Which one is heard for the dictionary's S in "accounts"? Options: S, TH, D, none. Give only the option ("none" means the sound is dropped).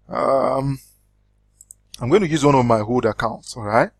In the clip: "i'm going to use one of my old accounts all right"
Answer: S